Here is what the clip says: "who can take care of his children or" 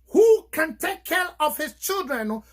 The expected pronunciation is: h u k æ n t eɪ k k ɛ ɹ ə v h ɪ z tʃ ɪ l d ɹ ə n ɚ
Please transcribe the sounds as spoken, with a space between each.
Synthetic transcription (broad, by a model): h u k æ n t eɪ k k ɛ ɹ ə v h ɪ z tʃ ɪ l d ɹ ə n